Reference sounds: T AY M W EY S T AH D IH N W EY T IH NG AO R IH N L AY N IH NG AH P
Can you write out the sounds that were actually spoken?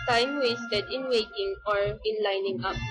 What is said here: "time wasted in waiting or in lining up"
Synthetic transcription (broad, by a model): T AY M W EY S T AH D IH N W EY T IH NG AO R IH N L AY N IH NG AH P